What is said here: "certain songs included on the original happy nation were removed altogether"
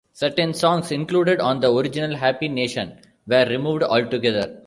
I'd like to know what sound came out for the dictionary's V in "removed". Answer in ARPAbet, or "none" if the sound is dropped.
V